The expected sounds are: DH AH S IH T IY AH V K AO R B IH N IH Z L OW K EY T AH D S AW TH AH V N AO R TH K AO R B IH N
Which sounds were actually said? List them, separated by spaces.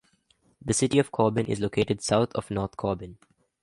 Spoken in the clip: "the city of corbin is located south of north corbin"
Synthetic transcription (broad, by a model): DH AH S IH T IY AH V K AO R B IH N IH Z L OW K EY T AH D S AW T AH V N AO R T K AO B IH N